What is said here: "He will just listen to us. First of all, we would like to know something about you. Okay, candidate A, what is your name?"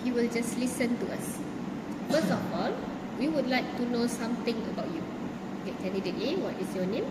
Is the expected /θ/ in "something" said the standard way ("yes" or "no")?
no